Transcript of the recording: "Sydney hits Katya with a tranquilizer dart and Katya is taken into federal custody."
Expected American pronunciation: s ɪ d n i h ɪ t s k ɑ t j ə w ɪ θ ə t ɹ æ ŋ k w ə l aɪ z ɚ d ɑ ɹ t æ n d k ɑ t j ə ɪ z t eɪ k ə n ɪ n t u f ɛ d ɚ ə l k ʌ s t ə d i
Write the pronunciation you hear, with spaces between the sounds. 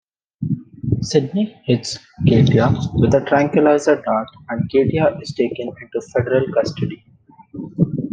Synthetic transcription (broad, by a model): s ɪ d n i h ɪ t s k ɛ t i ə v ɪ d ə t ɹ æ ŋ k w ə l aɪ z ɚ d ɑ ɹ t æ n d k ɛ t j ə ɪ z t eɪ k ə n ɪ n t u f ɛ d ɚ ə l k ʌ s t ə d i